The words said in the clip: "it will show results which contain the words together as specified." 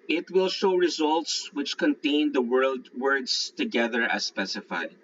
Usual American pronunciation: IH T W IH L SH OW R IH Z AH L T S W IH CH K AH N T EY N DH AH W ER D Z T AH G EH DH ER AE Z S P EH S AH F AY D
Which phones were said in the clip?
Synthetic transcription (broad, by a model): IH T W IH L SH OW R IH Z AH L T S W IH CH K AH N T EY N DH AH W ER D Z T AH G EH DH ER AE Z S P EH S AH F AY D